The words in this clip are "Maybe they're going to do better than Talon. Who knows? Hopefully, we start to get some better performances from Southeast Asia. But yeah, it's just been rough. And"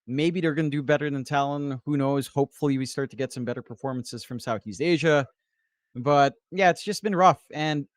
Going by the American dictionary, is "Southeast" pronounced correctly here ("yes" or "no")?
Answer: yes